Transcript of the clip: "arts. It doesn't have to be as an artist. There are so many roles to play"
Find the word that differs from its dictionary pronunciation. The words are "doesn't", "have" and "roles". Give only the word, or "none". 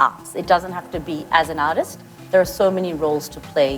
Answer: have